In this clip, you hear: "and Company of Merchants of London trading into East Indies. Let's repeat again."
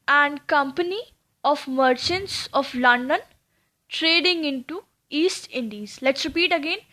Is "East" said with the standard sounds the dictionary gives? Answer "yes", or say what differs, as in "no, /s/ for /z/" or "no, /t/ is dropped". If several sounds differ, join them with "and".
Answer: yes